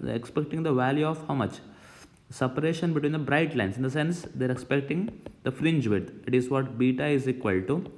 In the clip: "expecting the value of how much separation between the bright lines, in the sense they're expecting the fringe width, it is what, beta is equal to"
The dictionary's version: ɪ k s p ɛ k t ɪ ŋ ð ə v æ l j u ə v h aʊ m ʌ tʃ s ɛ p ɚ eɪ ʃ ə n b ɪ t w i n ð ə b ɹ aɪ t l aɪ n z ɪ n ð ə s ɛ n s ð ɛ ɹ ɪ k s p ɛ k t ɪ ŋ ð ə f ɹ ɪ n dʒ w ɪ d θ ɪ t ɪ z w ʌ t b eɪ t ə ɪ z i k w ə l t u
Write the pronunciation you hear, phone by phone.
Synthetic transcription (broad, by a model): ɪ k s p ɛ k t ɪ ŋ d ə v æ l j u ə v h aʊ m ʌ tʃ s ɛ p ɚ eɪ ʃ ə n b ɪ t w i n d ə b ɹ aɪ t l aɪ n s ɪ n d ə s ɛ n s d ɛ ɹ ɪ k s p ɛ k t ɪ ŋ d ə f ɹ ɪ n dʒ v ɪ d ɪ t ɪ z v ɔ t b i t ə ɪ z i k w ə l t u